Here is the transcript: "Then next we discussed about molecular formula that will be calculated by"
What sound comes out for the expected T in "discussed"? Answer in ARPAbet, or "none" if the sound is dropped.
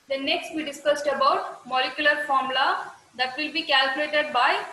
T